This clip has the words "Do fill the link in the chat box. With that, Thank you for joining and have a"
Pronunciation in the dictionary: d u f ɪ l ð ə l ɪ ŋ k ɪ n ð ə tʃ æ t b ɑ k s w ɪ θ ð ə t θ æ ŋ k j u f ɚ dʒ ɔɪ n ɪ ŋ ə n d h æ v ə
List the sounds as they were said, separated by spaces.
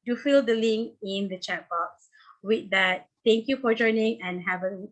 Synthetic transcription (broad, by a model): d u f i l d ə l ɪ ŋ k ɪ n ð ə tʃ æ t b ɑ k s w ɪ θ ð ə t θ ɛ ŋ k j u f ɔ dʒ ɔɪ n ɪ ŋ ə n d h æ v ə